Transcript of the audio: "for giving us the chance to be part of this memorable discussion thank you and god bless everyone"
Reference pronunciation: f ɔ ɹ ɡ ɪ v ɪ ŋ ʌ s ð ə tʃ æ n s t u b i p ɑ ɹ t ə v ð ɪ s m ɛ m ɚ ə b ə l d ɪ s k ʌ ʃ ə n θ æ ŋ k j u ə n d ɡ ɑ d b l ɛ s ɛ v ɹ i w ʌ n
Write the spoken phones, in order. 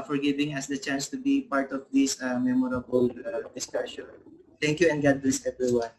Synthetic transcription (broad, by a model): f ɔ ɹ ɡ ɪ v ɪ ŋ ʌ s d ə tʃ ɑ n s t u b i p ɑ ɹ t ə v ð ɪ s m ɛ m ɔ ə b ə l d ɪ s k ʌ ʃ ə n t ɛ ŋ k j u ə n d ɡ ɑ d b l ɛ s ɛ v ɹ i w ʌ n